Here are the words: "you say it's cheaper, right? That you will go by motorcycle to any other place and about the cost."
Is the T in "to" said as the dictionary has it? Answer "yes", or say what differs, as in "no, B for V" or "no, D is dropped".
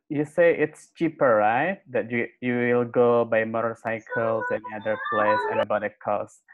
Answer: no, S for T